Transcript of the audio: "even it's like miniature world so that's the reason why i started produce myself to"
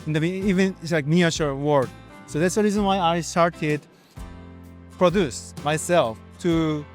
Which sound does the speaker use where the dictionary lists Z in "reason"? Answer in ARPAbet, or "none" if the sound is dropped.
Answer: Z